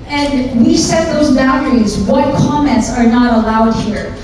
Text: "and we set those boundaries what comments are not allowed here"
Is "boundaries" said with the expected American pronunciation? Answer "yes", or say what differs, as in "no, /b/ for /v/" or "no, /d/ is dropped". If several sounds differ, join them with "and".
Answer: no, /n/ is dropped